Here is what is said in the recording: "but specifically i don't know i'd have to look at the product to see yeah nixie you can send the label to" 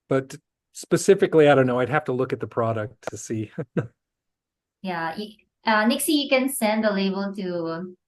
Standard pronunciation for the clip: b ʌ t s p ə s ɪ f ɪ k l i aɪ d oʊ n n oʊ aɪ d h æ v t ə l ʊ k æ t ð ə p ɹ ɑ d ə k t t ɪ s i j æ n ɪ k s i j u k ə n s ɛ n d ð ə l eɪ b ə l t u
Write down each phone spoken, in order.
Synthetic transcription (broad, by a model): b ʌ t s p ə s ɪ f ɪ k l i aɪ d oʊ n n oʊ aɪ d h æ f t ə l ʊ k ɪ t ð ə p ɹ ɑ d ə k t t ɪ s i j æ n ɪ k s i j u k ə n s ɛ n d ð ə l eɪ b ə l t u